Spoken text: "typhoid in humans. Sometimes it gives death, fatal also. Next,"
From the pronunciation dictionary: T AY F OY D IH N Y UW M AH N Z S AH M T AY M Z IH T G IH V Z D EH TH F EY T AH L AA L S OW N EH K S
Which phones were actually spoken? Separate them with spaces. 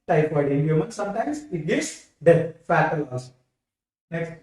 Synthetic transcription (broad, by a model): T AY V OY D IH N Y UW M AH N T S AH M T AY M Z IH T G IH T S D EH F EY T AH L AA S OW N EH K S